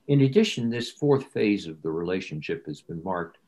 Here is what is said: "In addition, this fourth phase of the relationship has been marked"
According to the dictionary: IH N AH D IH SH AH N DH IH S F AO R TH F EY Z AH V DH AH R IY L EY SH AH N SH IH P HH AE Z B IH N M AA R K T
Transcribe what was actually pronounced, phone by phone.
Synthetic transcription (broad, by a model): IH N AH D IH SH AH N DH IH S F AO R TH F EY Z AH V DH AH R IY L EY SH AH N SH IH P HH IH Z B IH N M AA R K T